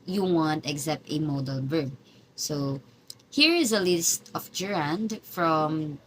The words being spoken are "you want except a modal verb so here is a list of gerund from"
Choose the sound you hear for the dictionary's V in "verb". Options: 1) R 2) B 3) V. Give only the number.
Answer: 2